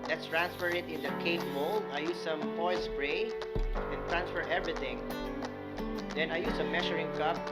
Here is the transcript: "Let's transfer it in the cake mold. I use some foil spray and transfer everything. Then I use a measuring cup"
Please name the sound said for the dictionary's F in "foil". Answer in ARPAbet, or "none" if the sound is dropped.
P